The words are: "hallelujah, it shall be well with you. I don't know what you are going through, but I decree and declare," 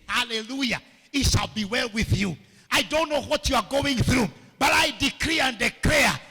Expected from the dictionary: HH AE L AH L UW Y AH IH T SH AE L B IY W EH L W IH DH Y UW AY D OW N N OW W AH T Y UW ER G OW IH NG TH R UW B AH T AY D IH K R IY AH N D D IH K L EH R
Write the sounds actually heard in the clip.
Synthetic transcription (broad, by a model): HH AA L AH L UW Y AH IH T SH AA L B IY W EH L W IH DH Y UW AY D OW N N OW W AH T Y UW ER G OW IH NG TH R UW B AH T AY D IH K R IY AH N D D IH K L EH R